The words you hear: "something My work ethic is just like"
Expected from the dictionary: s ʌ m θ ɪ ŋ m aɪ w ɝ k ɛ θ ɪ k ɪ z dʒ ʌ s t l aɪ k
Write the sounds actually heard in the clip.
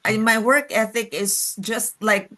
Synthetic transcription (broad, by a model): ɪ m aɪ w ɝ k ɛ θ ɪ k ɪ z dʒ ʌ s t l aɪ k